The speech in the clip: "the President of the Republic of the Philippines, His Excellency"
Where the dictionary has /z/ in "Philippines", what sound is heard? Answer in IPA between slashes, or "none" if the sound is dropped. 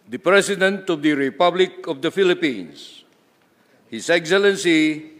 /s/